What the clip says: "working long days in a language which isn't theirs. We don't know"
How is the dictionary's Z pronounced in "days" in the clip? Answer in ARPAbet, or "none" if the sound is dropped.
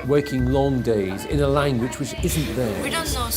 Z